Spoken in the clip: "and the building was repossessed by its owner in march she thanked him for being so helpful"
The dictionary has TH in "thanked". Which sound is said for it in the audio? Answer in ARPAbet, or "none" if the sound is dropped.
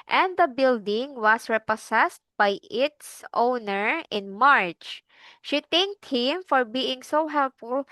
T